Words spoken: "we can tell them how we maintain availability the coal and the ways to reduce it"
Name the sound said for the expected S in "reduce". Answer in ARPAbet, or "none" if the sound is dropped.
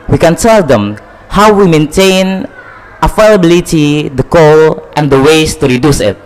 S